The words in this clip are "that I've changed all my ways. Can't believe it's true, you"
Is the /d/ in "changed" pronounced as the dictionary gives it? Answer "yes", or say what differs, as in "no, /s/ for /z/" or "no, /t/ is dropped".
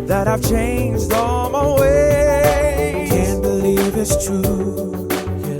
yes